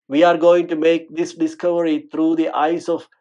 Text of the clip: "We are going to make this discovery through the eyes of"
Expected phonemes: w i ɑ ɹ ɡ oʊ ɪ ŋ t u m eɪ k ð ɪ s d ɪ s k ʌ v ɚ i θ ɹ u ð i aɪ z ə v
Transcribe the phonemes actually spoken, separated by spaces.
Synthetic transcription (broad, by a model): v i ɑ ɹ ɡ oʊ ɪ ŋ t u m eɪ k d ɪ s d ɪ s k ʌ v ɚ i t ɹ u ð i aɪ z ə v